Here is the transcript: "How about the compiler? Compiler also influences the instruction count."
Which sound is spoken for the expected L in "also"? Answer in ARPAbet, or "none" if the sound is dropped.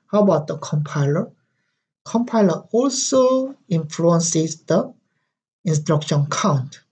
L